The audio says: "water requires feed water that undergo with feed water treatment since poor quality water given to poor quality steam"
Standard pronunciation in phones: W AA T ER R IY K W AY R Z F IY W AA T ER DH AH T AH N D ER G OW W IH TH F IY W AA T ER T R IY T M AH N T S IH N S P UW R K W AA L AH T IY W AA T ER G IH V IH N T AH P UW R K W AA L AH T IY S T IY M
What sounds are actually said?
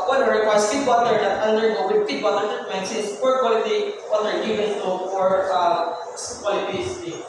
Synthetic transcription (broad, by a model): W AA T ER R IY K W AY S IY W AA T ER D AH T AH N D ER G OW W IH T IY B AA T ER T AH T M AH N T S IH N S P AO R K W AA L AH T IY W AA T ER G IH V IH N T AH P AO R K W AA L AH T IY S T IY